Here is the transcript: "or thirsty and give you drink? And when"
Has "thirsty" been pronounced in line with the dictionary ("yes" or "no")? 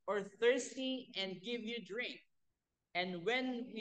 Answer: yes